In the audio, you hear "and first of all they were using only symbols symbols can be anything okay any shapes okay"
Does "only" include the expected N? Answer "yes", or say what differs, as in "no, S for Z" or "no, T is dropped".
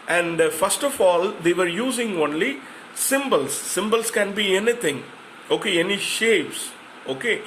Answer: yes